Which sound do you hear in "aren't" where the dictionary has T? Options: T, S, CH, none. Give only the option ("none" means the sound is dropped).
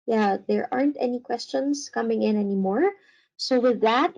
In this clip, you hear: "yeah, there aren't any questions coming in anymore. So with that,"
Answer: T